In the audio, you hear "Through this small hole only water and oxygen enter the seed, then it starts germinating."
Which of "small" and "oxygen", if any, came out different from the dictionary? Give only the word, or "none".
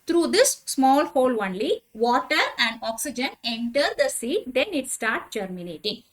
none